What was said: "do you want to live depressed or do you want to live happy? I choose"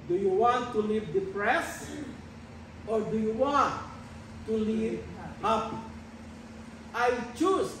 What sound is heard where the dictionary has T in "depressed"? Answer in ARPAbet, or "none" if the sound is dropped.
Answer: none